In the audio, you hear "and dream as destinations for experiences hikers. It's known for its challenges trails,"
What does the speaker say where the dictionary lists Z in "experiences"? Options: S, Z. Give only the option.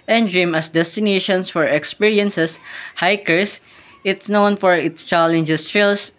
S